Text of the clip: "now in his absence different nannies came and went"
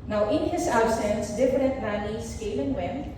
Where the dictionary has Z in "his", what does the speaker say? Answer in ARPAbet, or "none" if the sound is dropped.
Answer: S